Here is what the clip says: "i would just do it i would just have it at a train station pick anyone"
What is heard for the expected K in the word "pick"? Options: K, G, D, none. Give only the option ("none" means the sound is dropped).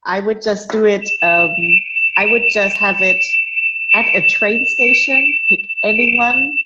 none